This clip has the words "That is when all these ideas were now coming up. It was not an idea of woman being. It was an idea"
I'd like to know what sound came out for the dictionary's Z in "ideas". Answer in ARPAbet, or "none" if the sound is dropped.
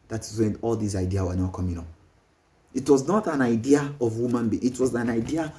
none